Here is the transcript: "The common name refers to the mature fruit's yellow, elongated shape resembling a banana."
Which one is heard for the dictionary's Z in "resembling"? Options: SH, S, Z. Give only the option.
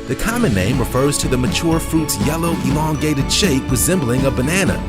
Z